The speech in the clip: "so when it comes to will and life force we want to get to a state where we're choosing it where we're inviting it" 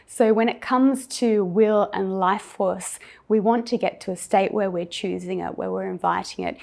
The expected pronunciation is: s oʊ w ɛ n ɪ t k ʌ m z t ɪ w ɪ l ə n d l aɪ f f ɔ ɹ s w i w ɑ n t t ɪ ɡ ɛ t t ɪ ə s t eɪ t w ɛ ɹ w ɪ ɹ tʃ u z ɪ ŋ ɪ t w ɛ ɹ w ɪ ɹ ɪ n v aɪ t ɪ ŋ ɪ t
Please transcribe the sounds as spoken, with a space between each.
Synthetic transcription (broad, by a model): s oʊ w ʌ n ɪ t k ʌ m z t ɪ w ɪ l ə n l aɪ f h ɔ ɹ s w i w ɑ n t t ɪ ɡ ɛ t t ɪ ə s t eɪ t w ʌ ɹ w ɪ ɹ tʃ u z ɪ ŋ ɪ t w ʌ ɹ w ɪ ɹ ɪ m v aɪ t ɪ ŋ ɪ t